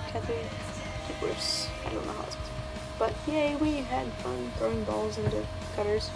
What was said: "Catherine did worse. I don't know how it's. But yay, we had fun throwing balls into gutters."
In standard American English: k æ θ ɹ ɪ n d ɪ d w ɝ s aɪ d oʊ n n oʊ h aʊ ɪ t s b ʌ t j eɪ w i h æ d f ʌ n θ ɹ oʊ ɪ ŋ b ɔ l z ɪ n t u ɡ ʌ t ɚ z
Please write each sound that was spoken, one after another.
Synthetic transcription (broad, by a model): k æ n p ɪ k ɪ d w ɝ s aɪ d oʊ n n oʊ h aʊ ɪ s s b ʌ t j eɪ w i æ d f ʌ n θ ɹ oʊ ɪ ŋ b ɔ l z ɪ n t u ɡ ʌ t ɚ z